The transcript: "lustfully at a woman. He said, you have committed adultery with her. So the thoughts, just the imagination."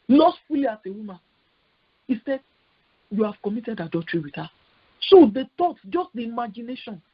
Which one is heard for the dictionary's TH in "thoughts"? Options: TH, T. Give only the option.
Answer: T